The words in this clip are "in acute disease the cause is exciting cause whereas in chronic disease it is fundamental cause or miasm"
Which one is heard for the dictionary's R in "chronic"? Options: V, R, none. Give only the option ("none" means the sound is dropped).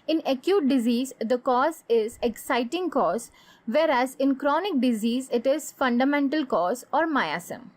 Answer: R